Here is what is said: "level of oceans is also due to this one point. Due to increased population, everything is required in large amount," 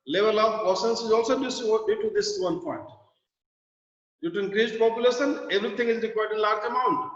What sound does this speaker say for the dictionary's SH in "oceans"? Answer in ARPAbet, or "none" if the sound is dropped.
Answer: S